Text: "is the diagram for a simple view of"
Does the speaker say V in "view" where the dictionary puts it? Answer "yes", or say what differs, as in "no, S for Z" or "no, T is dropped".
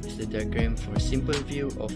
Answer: yes